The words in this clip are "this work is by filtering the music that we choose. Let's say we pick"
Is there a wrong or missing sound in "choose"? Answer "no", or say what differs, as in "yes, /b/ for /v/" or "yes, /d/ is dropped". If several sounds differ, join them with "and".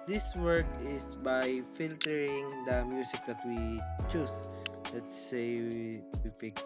yes, /s/ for /z/